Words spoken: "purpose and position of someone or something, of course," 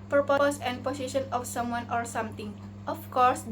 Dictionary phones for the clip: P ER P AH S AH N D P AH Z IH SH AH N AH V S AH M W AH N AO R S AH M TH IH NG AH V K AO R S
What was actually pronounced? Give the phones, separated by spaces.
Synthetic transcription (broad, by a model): P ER P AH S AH N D P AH S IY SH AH N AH F S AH M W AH N AO R S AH M T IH NG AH F K AO R S